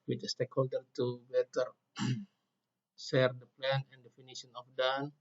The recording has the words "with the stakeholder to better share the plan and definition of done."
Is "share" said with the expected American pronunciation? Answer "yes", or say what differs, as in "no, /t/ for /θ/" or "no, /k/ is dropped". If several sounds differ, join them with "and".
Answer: no, /s/ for /ʃ/